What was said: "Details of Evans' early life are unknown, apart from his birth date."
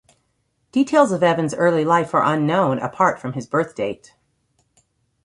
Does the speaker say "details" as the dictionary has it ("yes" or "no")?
yes